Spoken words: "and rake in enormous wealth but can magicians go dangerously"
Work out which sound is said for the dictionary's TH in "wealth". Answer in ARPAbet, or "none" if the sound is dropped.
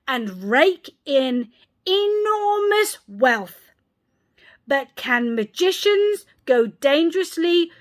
TH